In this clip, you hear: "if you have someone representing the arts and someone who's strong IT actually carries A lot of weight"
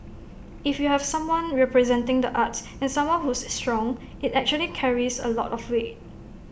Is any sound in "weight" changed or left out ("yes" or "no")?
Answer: yes